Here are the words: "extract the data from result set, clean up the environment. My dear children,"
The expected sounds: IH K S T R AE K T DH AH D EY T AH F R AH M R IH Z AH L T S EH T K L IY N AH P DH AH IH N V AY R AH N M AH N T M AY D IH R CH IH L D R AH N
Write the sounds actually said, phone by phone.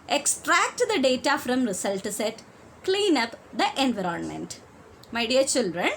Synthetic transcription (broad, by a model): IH K S T R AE K T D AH D EY T AH F R AH M R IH S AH L T S EH T K L IY N AH P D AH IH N V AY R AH N M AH N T M AY D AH R CH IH L D R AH N